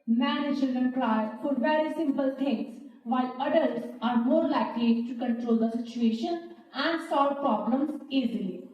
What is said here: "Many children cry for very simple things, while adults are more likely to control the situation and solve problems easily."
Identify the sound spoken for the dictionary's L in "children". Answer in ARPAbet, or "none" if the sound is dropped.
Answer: none